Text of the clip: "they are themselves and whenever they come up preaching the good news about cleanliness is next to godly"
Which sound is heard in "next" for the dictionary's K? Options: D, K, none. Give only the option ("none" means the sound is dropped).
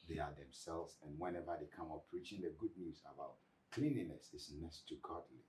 none